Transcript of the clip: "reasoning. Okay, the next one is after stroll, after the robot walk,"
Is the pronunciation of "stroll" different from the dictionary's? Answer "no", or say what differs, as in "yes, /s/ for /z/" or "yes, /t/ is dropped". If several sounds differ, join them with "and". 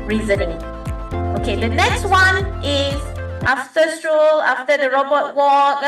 no